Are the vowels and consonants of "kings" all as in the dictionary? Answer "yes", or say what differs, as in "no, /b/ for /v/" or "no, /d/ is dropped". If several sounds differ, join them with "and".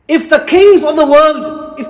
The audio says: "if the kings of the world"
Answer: no, /ŋ/ is dropped